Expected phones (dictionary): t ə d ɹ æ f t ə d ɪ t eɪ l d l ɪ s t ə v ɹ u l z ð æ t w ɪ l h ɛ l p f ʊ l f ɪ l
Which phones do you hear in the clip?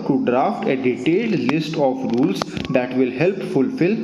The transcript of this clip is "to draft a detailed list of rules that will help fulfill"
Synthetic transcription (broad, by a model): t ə d ɹ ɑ f t ə d ɪ t eɪ l d l ɪ s t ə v ɹ u l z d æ t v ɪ l h ɛ l p f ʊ l f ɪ l